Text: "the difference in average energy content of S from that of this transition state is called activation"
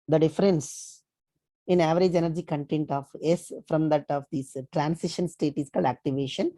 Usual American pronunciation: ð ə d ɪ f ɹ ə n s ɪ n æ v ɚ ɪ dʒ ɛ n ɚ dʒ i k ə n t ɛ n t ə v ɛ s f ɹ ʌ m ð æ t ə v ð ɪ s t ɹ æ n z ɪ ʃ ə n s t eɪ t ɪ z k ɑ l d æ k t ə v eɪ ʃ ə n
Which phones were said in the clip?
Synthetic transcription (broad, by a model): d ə d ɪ f ɹ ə n s ɪ n æ v ɚ ɪ dʒ ɛ n ɚ dʒ i k ə n t ɛ n t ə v ɛ s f ɹ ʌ m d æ t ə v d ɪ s t ɹ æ n s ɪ ʃ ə n s t eɪ t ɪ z k ɑ l d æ k t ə v eɪ ʃ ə n